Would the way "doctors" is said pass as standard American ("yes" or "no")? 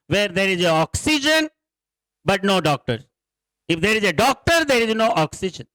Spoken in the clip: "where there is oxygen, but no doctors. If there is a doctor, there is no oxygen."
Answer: no